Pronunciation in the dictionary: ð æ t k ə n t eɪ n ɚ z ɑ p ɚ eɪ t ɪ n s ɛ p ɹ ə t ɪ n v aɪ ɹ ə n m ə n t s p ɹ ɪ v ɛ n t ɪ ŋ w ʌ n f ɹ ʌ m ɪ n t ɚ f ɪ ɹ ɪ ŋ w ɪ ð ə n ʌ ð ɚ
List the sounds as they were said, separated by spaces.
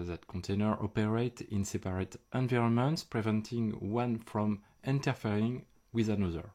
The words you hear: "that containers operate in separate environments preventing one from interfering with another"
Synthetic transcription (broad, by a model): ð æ t k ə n t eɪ n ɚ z ɑ p ɚ eɪ t ɪ n s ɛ p ɹ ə t ɪ n v aɪ ɹ ə n m ə n t s p ɹ ɪ v ɛ n t ɪ ŋ w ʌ n f ɹ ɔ m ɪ n t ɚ f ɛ ɹ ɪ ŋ w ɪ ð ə n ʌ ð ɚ